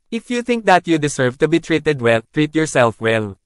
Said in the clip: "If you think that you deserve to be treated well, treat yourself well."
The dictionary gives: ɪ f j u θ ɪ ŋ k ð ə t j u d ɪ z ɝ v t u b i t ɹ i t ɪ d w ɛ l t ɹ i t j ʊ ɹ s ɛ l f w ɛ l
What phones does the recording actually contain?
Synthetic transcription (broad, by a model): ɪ f j u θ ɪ ŋ k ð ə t j u d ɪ s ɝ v t u b i t ɹ i t ɪ d w ɛ l t ɹ i t j ʊ ɹ s ɛ l f w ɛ l